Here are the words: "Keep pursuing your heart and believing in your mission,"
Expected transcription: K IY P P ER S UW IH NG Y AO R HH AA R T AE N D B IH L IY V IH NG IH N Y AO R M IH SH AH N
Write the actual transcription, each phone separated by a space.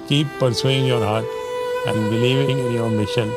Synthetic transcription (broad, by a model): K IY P P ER S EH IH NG Y AO R HH AA R T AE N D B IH N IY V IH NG IH N Y AO R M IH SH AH N